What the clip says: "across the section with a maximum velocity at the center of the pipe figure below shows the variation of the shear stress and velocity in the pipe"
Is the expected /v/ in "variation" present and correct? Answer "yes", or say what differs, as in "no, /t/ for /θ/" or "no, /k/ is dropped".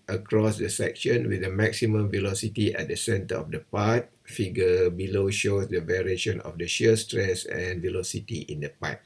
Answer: yes